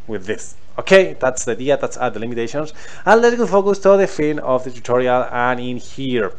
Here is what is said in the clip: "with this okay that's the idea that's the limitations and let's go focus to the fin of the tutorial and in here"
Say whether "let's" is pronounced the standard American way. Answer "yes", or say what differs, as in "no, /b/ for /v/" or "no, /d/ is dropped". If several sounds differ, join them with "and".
no, /s/ is dropped